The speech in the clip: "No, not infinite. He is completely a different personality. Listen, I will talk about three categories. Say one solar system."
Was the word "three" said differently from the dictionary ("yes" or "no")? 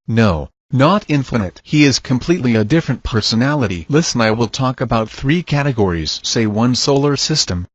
no